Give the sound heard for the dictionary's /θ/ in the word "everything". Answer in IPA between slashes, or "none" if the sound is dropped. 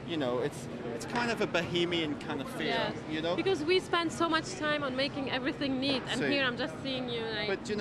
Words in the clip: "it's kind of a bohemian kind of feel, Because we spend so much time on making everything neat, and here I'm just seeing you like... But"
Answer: /θ/